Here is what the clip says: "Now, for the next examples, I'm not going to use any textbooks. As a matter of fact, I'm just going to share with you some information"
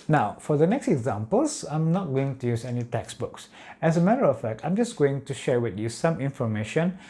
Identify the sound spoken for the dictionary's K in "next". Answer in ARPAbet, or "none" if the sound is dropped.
K